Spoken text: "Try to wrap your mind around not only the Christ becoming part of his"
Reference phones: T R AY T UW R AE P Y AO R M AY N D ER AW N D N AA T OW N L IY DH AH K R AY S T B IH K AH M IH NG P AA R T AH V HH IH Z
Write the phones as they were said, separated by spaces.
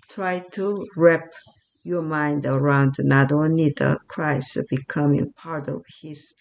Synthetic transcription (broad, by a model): T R AY T UW R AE P Y AO R M AY N D ER AW N D N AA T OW N IY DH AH K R AY S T B IH K AH M IH NG P AA R T AH V HH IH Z